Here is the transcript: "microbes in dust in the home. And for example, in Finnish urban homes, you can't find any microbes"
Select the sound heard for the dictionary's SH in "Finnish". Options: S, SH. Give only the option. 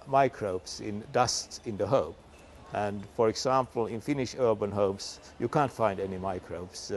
SH